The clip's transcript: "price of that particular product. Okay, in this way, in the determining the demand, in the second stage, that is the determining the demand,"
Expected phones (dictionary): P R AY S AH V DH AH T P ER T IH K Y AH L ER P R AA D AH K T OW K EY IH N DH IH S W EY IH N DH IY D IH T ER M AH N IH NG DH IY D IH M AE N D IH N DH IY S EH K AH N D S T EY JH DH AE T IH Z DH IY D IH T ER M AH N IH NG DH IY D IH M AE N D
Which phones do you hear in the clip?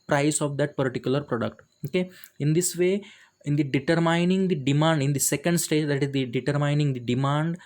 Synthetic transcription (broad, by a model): P R AY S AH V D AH T P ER T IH K Y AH L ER P R AA D AH K T OW K EY IH N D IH S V EY IH N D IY D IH T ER M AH N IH NG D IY D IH M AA N D IH N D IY S EH K AH N D S T EY JH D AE T IH Z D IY D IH T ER M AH N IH NG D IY D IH M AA N D